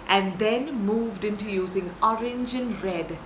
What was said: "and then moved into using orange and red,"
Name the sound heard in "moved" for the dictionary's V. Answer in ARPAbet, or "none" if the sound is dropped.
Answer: V